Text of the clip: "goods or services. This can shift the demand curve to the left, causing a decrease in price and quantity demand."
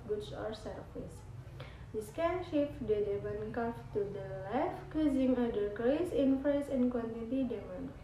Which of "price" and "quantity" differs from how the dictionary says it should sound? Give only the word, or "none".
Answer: price